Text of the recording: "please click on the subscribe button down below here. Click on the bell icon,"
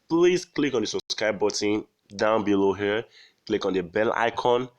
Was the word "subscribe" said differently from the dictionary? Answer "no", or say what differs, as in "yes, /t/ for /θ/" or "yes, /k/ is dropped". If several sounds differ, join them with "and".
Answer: yes, /b/ is dropped and /ɹ/ is dropped